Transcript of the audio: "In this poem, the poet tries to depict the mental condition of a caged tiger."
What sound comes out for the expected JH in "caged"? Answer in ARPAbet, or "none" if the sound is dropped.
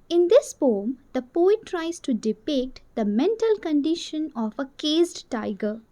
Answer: Z